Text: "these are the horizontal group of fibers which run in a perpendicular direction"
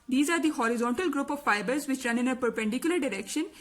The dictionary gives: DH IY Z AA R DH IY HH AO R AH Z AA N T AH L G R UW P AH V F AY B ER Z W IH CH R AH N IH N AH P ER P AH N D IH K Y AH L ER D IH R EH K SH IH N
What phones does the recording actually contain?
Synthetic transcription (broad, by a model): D IY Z AA R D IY HH AO R AH Z AA N T AH L G R UW P AH V F AY B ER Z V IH CH R AH N IH N AH P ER P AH N D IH K Y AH L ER D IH R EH K SH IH N